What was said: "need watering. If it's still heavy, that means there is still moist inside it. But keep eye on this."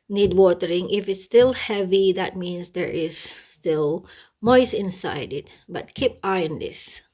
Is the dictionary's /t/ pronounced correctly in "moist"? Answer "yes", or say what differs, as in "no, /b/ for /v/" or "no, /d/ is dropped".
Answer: no, /t/ is dropped